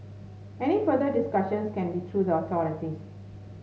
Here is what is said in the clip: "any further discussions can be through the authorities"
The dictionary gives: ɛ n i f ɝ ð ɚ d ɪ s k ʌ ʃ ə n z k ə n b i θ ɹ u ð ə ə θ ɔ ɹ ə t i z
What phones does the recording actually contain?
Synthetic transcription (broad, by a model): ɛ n i f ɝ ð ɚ d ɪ s k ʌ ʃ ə n s k ə n b i t ɹ u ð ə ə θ ɔ ɹ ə t i